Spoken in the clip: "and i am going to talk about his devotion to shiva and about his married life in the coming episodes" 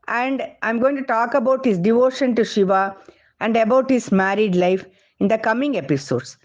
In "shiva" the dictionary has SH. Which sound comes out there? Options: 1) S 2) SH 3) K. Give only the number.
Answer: 2